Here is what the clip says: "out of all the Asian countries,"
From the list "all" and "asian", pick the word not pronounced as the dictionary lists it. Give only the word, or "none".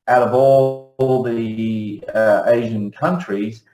none